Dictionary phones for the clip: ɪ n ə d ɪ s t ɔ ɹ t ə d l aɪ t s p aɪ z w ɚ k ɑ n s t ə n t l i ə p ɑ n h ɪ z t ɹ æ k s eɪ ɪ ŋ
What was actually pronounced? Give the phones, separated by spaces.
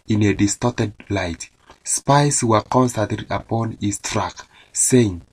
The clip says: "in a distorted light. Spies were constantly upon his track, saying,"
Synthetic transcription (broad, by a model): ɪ n ə d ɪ s t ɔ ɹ t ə d l aɪ t s p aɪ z w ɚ k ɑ n s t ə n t i ə p ɑ n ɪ s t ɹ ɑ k s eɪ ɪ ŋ